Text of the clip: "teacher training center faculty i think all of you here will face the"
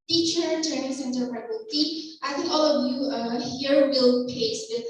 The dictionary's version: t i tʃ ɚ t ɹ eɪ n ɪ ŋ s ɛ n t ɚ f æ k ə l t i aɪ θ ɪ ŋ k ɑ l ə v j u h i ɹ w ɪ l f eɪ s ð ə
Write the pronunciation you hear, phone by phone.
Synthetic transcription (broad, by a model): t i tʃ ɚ t ɹ eɪ n ɪ ŋ s ɛ n t ɚ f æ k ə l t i aɪ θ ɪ ŋ k ɑ l ə v j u h i ɹ w ɪ l p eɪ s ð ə